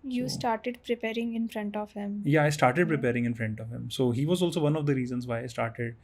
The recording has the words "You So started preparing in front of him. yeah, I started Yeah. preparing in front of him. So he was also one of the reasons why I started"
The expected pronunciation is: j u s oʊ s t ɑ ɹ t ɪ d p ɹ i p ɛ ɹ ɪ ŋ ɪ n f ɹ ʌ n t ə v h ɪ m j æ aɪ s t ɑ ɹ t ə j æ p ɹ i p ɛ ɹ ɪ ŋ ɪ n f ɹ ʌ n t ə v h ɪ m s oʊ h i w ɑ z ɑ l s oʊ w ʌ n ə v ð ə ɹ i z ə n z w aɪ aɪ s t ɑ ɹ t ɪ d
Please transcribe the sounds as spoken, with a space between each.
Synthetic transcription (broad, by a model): j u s s t ɑ ɹ t ɪ d p ɹ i p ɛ ɹ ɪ ŋ ɪ n f ɹ ʌ n t ə v h ɪ m j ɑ aɪ s t ɑ ɹ t ə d p ɹ i p ɛ ɹ ɪ ŋ ɪ n f ɹ ʌ n t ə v h ɪ m s oʊ h i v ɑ z ɑ l s oʊ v ʌ n ə v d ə ɹ i z ə n z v aɪ aɪ s t ɑ ɹ t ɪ d